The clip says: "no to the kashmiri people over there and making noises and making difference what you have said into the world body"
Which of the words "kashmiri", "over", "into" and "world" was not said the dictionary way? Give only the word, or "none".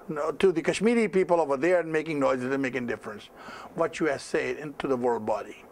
none